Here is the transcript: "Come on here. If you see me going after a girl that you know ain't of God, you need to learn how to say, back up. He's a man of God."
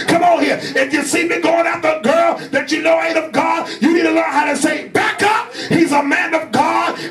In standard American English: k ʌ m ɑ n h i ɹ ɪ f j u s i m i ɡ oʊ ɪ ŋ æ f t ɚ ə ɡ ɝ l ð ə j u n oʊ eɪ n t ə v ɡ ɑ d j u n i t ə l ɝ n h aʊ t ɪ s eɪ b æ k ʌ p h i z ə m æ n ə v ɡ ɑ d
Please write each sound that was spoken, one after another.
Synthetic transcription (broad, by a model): k ʌ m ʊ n h i ɹ ɪ f j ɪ s i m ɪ ɡ oʊ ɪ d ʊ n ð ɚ ə ɡ ɝ l ð ə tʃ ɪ n oʊ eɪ t ə v ɡ ɑ d j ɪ n i t ə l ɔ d h aʊ t ɪ s eɪ b æ k ʌ p h i z ə m æ n ə v ɡ ɑ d